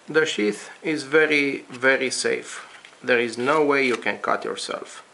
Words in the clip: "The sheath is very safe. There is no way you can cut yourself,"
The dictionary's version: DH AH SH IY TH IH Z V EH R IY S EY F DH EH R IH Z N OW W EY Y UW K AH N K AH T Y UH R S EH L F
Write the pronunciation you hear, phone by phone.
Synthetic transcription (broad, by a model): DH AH SH IY TH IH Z V EH R IY S EY F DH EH R IH Z N OW W EY Y UW K AH N K AH T Y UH R S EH L F